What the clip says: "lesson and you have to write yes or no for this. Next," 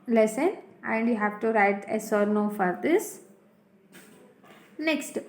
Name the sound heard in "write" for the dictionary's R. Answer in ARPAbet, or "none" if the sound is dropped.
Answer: R